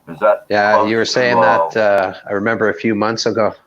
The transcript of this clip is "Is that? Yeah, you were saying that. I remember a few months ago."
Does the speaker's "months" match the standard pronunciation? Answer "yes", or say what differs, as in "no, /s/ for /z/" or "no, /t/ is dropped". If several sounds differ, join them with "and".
yes